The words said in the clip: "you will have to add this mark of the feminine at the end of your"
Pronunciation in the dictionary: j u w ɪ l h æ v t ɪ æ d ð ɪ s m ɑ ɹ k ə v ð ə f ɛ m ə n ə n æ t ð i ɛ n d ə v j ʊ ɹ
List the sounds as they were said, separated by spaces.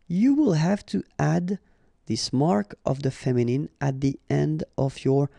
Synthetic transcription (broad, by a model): j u w ɪ l h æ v t ɪ æ d ð ɪ s m ɑ ɹ k ə v ð ə f ɛ m ə n ə n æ t ð i ɛ n d ə v j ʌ ɹ